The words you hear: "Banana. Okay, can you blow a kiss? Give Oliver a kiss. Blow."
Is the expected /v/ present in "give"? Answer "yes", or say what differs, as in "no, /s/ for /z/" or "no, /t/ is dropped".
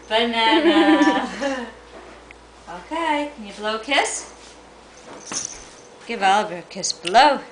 yes